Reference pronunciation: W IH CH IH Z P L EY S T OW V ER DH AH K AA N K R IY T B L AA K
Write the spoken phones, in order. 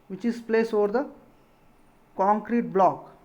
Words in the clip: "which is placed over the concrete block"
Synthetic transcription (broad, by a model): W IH CH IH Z P L EY S OW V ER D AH K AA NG K R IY T B L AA K